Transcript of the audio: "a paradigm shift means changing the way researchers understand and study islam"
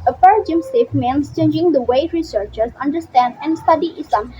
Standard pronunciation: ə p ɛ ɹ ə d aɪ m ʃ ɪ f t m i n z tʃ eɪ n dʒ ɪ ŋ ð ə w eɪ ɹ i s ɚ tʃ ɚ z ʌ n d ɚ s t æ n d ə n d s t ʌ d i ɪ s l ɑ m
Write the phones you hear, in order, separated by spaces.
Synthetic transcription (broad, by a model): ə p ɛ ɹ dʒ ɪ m s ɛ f m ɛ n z tʃ eɪ n dʒ ɪ ŋ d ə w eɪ ɹ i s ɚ tʃ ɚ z ʌ n d ɚ s t æ n d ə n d s t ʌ d i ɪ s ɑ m